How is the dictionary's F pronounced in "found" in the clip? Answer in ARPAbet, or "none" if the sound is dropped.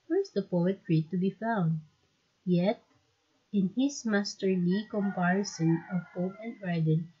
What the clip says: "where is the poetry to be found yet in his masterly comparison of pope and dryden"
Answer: F